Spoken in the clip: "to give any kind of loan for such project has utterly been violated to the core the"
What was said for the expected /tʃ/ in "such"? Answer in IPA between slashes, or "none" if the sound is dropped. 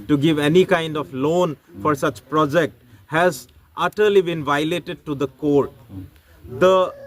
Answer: /tʃ/